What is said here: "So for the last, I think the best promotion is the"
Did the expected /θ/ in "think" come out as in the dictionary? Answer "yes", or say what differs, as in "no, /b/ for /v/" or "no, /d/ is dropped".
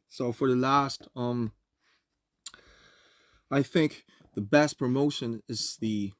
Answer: yes